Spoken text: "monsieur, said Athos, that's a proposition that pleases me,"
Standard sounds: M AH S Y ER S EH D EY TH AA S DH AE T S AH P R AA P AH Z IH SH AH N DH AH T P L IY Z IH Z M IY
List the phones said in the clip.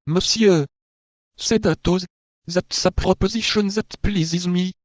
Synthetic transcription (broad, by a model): M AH S Y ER S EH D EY T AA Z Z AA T S AH P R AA P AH Z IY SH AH N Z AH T P L IY Z IH Z M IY